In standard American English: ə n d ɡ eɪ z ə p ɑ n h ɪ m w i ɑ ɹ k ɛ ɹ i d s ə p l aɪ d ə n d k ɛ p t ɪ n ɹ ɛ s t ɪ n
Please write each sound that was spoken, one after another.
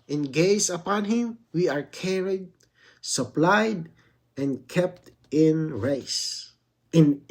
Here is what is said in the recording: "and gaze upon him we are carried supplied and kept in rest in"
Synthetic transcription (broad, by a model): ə n ɡ eɪ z ə p ɑ n h ɪ m w i ɑ ɹ k ɛ ɹ i d s ə p l aɪ d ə n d k ɛ p t ɪ n ɹ ɛ s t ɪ n